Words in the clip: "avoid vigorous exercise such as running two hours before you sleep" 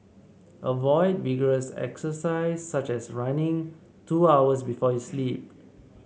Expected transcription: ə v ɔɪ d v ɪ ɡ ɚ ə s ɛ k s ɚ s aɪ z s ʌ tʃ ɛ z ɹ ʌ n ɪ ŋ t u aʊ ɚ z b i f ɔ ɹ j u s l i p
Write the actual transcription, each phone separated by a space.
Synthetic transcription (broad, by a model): ə v ɔɪ d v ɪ ɡ ɚ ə s ɛ k s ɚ s aɪ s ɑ tʃ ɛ s ɹ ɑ n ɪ ŋ t u aʊ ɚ s b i f ɔ j u s l i p